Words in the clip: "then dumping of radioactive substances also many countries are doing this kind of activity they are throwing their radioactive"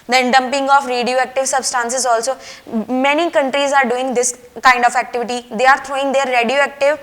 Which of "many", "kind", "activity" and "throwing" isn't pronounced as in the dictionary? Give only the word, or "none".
throwing